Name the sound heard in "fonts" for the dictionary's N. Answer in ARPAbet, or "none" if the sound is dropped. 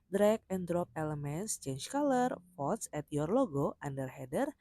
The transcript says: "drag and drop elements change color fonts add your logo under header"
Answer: none